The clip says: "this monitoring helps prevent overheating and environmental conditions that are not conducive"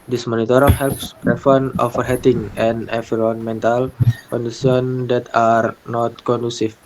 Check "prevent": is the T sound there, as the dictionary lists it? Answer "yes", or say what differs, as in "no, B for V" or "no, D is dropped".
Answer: no, T is dropped